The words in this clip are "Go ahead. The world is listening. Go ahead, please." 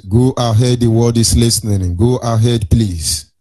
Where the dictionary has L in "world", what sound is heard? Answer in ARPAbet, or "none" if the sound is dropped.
none